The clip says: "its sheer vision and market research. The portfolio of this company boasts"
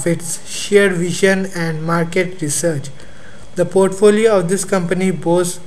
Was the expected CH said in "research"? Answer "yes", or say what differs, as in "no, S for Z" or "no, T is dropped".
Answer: yes